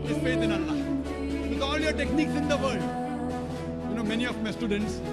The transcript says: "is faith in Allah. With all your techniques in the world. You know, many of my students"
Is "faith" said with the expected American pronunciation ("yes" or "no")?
no